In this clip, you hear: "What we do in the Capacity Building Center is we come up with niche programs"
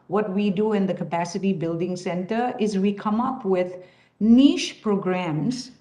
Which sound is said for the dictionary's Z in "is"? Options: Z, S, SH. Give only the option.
Z